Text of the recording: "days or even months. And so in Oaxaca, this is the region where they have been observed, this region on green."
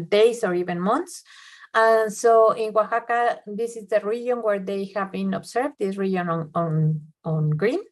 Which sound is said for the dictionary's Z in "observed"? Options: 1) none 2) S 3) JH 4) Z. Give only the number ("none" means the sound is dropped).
2